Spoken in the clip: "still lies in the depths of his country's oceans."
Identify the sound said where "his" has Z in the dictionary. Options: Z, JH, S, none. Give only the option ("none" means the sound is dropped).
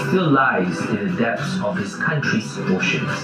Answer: S